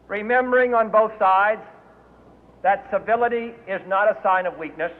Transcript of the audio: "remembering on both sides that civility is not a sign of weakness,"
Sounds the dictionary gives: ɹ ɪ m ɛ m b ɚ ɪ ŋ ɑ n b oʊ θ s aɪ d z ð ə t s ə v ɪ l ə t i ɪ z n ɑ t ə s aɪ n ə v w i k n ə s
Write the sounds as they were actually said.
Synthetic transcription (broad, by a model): ɹ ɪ m ɛ m b ɚ ɪ ŋ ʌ n b oʊ θ s aɪ d z ð ə t s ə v ɪ l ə t i ɪ z n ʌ t ə s aɪ n ə v w i k n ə s